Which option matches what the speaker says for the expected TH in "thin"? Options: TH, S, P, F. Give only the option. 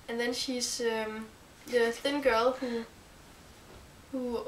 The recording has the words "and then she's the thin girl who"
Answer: TH